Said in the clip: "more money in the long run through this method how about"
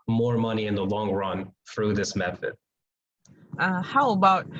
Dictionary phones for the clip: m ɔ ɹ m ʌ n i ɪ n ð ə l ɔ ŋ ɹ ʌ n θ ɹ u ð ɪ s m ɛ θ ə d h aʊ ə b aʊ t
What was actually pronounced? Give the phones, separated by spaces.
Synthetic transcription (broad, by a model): m ɔ ɹ m ʌ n i ɪ n ð ə l ɔ ŋ ɹ ʌ n θ ɹ u ð ɪ s m ɛ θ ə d h aʊ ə b aʊ t